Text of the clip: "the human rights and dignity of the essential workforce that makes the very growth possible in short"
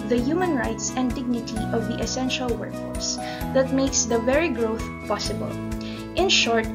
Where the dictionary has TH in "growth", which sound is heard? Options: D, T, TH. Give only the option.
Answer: TH